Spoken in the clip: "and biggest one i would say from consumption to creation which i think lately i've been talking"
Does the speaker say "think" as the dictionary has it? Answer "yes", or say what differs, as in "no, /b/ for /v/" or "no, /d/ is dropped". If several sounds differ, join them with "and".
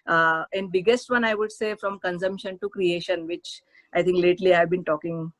no, /t/ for /θ/